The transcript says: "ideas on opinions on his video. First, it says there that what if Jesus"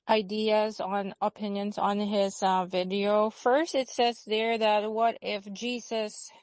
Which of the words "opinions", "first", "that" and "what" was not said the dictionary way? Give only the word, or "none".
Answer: none